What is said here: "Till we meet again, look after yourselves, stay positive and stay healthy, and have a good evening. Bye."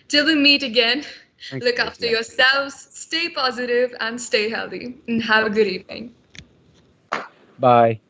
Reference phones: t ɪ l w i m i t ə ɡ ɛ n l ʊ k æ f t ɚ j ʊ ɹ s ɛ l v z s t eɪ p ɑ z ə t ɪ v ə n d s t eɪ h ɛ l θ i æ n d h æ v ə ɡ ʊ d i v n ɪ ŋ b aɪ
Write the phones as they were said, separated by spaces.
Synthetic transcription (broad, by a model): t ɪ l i m i t ə ɡ ɛ n l ʊ k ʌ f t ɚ j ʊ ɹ s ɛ l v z s t eɪ p ɑ z ə t ɪ v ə n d s t eɪ h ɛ l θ i n h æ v ə ɡ ʊ d i v n ɪ ŋ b aɪ